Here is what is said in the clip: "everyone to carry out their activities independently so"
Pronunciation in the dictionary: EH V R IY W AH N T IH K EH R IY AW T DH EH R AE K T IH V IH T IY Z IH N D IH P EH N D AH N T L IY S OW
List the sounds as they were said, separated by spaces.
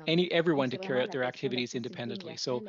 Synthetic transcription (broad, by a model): EH V R IY W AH N T IH K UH R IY AW T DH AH R AE K T IH V IH T IY Z IH N D IH P EH N D AH N T L IY S OW